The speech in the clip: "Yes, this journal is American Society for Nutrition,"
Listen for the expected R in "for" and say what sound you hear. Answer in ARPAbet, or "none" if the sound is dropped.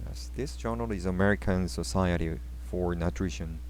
R